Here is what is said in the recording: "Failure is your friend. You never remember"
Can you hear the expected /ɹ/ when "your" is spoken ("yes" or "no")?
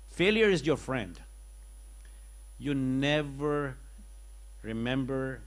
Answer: yes